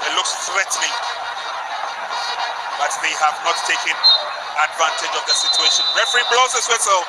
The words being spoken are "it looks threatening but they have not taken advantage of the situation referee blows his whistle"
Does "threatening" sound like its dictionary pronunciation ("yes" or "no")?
no